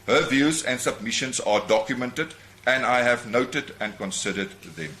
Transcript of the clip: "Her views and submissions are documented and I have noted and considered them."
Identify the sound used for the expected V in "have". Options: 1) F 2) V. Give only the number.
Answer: 2